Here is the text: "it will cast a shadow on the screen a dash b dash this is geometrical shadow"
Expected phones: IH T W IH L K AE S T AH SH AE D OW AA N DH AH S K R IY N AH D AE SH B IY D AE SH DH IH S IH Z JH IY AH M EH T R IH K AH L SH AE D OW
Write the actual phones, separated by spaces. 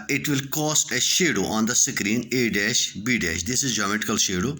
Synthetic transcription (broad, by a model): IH T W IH L K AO S T AH SH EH D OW AA N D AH S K R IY N AH D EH SH B IY D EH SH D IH S IH Z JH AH M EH T IH K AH L SH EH D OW